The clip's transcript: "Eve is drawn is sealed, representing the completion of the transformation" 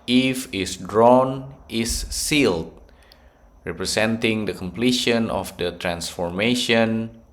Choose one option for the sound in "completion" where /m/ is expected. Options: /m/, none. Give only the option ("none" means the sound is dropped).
/m/